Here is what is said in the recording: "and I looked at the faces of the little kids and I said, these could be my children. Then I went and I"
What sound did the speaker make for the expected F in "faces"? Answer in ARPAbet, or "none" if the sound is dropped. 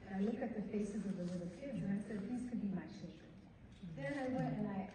F